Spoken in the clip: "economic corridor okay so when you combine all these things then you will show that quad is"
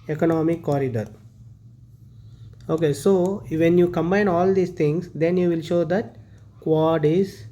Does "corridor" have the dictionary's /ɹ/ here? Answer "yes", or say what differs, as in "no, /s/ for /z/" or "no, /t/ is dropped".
yes